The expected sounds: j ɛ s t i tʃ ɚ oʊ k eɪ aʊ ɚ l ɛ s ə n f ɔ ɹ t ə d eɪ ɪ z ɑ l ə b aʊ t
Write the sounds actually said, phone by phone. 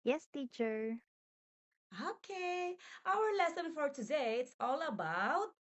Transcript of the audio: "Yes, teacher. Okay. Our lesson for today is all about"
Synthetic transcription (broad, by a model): j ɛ s t i tʃ ɚ oʊ k eɪ aʊ ɚ l ɛ s ə n f ɔ ɹ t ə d eɪ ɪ s ɑ l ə b aʊ t